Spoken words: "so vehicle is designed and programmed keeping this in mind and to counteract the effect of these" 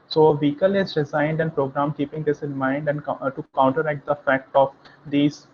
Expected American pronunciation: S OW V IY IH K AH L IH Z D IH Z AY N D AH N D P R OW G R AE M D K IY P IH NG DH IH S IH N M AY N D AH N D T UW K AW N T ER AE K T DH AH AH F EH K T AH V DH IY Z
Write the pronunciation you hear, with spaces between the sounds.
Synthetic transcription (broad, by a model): S OW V IY K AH L IH Z D IH Z AY N D AH N D P R OW G R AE M K IY P IH NG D IH S IH N M AY N D AH N D T UW K AW N T ER AE K T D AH AH F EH K T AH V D IY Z